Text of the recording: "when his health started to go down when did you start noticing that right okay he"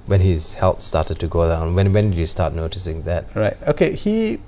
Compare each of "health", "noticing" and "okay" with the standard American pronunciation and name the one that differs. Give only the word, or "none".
health